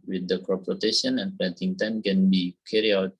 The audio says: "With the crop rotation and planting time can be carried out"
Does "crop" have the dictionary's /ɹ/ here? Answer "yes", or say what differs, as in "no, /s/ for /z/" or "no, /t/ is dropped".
no, /ɹ/ is dropped